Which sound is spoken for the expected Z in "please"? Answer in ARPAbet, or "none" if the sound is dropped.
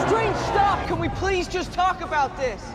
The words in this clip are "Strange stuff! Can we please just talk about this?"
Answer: Z